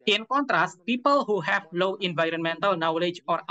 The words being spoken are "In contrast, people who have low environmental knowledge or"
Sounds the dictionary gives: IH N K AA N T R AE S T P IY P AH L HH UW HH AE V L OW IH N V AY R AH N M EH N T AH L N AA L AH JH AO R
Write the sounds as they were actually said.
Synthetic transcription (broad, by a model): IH N K AA N T R AE S T P IY P AH L HH UW HH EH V L OW IH N V AY R AH N M EH N T AH L N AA L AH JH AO R